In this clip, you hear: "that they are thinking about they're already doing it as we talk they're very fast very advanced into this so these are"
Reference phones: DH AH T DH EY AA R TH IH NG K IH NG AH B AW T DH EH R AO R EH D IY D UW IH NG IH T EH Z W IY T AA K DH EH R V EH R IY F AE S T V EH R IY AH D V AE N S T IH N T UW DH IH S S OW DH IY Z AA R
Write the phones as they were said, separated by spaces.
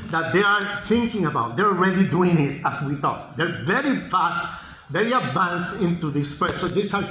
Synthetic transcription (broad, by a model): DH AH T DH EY AA R TH IH NG K IH NG AH B AW T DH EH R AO R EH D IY D UW IH NG IH T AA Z W IY T AA K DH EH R V EH R IY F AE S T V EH R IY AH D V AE N S IH N T UW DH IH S S OW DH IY S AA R